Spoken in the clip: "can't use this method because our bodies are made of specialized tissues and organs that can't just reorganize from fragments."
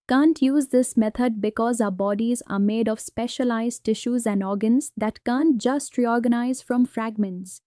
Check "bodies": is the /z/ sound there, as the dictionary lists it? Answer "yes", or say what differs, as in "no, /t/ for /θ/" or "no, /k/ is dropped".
yes